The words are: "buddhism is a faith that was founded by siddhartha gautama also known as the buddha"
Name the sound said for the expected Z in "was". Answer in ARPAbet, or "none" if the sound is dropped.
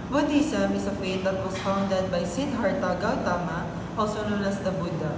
S